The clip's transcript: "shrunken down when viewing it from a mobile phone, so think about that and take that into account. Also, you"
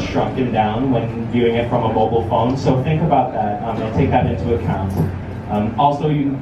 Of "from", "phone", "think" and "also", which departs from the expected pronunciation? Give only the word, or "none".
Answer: none